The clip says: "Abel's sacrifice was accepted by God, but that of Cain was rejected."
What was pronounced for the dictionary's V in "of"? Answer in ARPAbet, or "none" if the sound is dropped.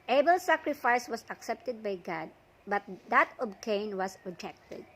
B